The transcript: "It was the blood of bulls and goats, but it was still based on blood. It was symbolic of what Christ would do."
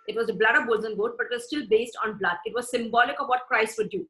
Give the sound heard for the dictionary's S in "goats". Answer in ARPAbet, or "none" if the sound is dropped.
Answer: none